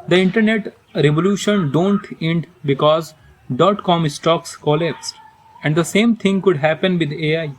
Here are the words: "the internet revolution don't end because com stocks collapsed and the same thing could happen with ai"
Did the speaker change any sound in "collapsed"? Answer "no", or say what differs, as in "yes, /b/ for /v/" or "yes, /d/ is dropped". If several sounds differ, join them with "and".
yes, /t/ is dropped